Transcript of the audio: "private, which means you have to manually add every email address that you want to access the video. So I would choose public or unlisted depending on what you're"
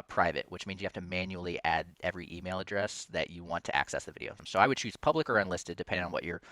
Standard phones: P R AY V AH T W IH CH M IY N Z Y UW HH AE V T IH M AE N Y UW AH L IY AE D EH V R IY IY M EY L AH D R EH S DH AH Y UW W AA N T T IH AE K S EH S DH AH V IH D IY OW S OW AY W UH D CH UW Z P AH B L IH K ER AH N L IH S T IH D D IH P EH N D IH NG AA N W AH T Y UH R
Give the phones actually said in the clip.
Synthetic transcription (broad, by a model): P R AY V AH T W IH CH M IY N Z Y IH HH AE F T IH M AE N Y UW L IY AE D EH V R IY IY M EY L AH D R EH S DH AH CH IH W AA N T T IH AE K S EH S DH AH V IH D IY OW S OW AY W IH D CH UW Z P AH B L IH K ER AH N L IH S T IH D D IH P EH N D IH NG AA N W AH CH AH R